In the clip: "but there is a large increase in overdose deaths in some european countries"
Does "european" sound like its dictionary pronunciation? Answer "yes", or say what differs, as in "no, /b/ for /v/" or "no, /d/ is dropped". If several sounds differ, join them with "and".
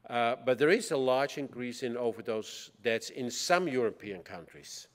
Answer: yes